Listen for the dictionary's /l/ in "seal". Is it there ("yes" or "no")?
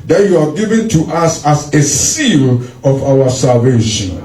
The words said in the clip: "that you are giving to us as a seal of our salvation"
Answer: yes